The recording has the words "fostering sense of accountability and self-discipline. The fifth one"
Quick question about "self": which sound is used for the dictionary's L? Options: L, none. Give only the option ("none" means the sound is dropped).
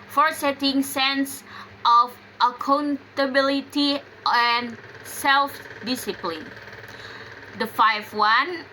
L